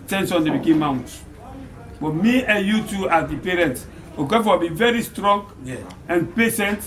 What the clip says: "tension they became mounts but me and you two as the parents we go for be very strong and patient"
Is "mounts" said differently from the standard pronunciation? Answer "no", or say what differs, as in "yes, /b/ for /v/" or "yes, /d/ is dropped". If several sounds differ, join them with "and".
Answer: yes, /s/ is dropped